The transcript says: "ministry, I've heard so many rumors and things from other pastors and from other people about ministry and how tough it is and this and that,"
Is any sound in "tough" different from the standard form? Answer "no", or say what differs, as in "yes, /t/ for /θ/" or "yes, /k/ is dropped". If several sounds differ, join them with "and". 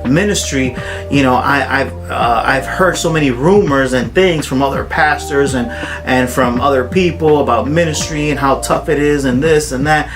no